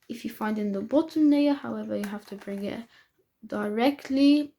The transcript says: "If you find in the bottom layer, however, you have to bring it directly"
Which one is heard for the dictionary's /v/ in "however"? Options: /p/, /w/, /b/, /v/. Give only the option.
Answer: /v/